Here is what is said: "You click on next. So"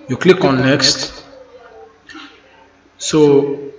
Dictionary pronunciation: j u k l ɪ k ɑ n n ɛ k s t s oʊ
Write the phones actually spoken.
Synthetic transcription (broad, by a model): j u k l ɪ k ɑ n n ɛ k s t s oʊ